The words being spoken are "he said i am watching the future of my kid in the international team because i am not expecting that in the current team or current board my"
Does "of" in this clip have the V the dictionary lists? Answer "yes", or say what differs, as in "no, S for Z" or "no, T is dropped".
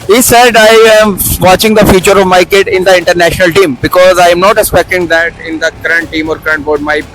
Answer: yes